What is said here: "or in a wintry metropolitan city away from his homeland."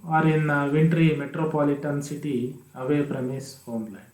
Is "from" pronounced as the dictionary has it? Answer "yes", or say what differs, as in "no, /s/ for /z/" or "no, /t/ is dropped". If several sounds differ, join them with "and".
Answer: no, /p/ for /f/